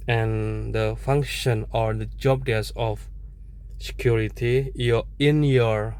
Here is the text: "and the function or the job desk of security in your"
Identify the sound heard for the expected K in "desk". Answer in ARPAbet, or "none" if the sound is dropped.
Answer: none